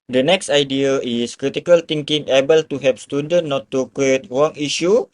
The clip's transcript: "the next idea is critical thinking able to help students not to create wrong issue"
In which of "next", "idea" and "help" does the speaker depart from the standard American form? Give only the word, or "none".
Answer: help